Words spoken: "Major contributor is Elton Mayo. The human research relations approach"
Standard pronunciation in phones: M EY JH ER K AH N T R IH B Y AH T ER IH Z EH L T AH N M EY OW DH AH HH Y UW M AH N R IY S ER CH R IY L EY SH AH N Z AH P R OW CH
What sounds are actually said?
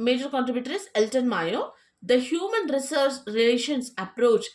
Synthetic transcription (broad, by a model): M EY JH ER K AH N T R IH B Y AH T ER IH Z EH L T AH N M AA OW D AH HH Y UW M AH N R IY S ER S R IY L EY SH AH N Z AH P R OW CH